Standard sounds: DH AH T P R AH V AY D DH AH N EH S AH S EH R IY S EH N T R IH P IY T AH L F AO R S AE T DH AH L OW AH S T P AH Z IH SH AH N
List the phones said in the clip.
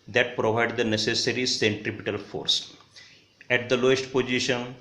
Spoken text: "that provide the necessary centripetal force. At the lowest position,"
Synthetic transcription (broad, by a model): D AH T P R AH V AY D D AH N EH S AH S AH R IY S EH N T R IH P IY T AH L F AO R S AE T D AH L OW AH S T P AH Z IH SH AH N